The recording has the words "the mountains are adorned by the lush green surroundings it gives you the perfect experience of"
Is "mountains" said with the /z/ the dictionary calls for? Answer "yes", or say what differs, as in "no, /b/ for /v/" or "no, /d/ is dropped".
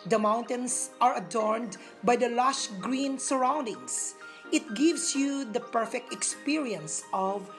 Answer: no, /s/ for /z/